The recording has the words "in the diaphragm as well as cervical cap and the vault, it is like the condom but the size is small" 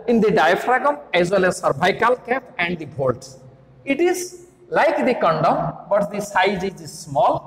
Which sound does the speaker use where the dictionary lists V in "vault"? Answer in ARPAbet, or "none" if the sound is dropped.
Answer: B